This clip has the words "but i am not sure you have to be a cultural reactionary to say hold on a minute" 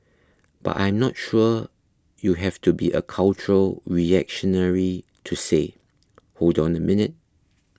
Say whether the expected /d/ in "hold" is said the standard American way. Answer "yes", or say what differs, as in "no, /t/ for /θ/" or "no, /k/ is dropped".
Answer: yes